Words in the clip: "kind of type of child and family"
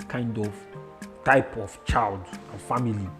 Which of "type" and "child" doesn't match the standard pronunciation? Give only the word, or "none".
none